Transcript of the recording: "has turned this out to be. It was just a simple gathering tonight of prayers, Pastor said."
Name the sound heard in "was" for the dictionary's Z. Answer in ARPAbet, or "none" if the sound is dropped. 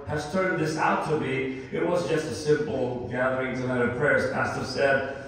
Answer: Z